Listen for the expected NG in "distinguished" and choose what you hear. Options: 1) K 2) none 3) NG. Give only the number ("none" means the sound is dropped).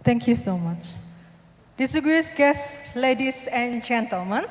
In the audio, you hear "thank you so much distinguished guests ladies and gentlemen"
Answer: 2